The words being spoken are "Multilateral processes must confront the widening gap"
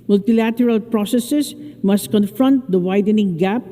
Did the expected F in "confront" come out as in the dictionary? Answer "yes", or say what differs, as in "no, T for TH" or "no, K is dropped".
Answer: yes